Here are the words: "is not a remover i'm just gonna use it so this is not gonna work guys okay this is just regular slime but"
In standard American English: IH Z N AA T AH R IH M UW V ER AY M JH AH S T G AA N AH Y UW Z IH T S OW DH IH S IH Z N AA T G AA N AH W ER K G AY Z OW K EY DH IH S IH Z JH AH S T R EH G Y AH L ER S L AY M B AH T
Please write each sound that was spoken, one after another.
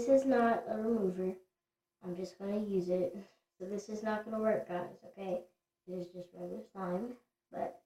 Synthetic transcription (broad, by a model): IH Z N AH T AH R IH M UW V ER AY M JH AH S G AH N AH Y UW Z IH T S OW DH IH S IH Z N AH T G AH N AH W ER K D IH S OW K EY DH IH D IH Z JH AH S T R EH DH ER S AY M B AH T